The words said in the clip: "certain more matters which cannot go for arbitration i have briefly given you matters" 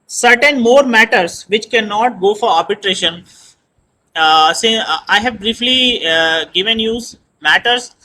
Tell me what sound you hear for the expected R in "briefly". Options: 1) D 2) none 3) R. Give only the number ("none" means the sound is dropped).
3